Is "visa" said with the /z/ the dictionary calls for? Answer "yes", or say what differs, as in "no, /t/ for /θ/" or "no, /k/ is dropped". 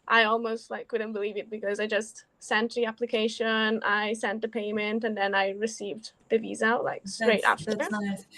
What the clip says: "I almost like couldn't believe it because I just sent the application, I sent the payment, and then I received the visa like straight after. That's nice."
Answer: yes